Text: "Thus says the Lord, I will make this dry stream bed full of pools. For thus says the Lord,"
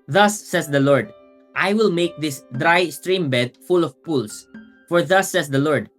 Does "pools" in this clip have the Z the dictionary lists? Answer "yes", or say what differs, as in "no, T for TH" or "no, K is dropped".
no, S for Z